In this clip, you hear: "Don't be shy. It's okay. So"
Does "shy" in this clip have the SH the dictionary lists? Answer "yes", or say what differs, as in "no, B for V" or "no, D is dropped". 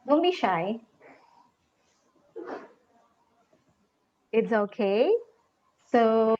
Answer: yes